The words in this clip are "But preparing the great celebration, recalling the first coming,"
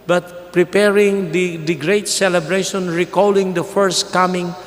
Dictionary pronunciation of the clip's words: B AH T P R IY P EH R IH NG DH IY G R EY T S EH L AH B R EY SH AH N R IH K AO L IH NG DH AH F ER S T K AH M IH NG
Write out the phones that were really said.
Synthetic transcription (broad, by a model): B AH T P R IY P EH R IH NG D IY G R EY T S EH L AH B R EY SH AH N R IH K AO L IH NG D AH F ER S T K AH M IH NG